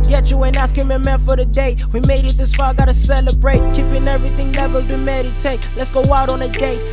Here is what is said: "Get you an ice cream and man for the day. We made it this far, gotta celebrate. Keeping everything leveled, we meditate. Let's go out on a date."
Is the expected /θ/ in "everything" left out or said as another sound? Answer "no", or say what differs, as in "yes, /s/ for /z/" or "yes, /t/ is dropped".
no